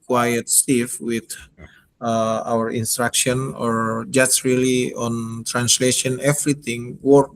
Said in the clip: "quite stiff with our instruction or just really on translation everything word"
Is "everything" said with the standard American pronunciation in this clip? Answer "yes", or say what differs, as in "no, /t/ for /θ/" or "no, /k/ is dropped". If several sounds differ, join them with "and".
no, /t/ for /θ/